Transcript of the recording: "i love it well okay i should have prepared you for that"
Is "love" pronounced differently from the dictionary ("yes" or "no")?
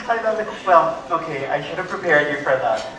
yes